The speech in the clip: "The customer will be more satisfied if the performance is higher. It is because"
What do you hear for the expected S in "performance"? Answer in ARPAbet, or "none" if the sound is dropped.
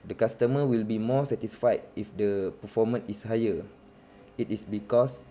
none